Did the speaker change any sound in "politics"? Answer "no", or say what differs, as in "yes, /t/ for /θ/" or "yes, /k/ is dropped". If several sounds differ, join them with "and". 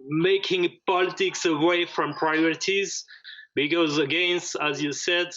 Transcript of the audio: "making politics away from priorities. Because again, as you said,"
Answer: no